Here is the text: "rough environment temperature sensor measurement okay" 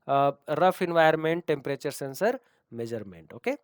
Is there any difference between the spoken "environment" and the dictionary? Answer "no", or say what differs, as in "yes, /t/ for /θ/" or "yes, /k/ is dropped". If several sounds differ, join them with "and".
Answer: yes, /ɹ/ is dropped